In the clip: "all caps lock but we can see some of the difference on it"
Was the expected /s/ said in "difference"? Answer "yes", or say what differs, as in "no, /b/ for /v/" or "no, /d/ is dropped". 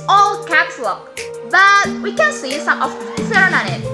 no, /s/ is dropped